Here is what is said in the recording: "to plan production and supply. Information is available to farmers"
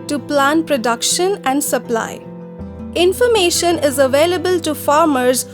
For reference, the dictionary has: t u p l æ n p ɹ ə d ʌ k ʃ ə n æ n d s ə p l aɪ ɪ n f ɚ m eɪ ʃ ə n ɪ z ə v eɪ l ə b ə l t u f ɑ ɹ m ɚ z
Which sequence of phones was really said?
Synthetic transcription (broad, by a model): t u p l æ n p ɹ ə d ʌ k ʃ ə n æ n d s ə p l aɪ ɪ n f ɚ m eɪ ʃ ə n ɪ z ə v eɪ l ə b ə l t u f ɑ ɹ m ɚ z